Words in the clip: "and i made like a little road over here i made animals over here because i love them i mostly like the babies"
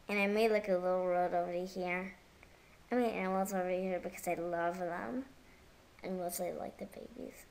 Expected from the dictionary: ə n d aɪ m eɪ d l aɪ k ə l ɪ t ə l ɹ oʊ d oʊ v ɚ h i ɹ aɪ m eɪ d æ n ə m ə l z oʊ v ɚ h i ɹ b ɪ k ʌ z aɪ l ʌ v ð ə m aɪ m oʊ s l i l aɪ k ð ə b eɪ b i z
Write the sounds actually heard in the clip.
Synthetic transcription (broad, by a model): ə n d aɪ m eɪ d l aɪ k ə l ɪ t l ɹ oʊ d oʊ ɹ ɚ h i ɹ aɪ m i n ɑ ə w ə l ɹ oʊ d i h i ɹ b ɪ k ʌ z aɪ l ʌ v ð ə m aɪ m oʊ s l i l aɪ k ð ə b eɪ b i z